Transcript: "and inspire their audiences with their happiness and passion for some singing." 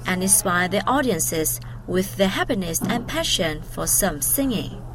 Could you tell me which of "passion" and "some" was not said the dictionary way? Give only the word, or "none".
none